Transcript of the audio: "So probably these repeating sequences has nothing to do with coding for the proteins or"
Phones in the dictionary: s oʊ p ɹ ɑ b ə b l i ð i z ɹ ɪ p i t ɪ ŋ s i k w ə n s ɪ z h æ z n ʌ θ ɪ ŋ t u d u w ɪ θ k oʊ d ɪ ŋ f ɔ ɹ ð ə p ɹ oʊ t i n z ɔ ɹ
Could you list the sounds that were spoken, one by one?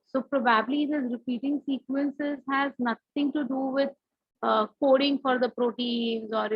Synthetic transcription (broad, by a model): s oʊ p ɹ ɑ b ə b l i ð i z ɹ ɪ p i t ɪ ŋ s i k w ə n s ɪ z h æ z n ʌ t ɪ ŋ t u d u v ɪ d k oʊ d ɪ ŋ f ɔ ɹ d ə p ɹ oʊ t i n z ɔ ɹ